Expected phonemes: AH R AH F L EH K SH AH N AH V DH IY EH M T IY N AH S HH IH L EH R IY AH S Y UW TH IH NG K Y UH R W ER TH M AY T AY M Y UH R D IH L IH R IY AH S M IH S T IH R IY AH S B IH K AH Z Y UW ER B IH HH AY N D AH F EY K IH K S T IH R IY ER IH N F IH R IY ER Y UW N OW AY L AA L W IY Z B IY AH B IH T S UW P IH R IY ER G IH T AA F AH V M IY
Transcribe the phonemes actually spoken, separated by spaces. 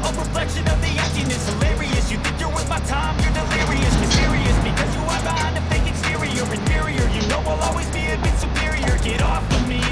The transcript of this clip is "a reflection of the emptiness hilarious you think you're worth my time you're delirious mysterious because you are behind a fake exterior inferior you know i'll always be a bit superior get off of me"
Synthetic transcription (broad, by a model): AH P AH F L EH K SH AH N AH V DH IY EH T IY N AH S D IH L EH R IY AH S Y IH TH IH NG K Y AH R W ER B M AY T AY M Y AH R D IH L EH R IY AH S M IH S T IH R IY AH S B IH K AH Z Y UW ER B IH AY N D AH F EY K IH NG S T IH R IY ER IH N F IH R IY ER Y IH N OW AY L AA L W IY Z B IY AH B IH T S UW P IH R IY ER G IH T AA F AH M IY